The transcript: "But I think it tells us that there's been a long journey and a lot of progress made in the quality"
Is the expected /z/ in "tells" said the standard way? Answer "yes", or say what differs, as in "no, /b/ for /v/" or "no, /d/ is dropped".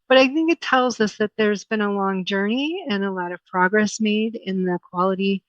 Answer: yes